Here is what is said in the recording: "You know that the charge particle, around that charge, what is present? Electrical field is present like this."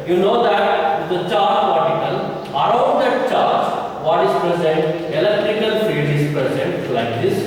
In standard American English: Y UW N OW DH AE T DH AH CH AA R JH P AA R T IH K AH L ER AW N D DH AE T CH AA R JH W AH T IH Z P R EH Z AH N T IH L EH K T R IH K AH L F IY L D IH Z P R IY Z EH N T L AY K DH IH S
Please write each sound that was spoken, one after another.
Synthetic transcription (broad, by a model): Y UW N OW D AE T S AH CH AA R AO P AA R T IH K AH L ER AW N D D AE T CH AA R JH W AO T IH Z P R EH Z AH N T IH L EH K T R IH K AH L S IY D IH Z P R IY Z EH N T L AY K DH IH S